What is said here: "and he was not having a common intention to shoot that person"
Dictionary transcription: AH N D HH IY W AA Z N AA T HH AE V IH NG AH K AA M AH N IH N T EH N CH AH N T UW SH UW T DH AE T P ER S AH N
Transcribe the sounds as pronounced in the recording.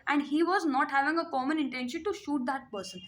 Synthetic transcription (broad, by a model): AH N D HH IY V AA Z N AA T HH AE V IH NG AH K AA M AH N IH N T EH N SH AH N T UW SH UW T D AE T P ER S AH N